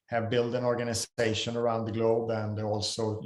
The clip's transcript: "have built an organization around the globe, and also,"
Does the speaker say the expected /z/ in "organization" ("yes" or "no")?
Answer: no